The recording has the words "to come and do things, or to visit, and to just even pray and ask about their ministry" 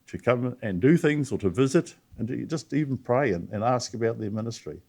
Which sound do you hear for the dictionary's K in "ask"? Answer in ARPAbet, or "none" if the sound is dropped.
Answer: K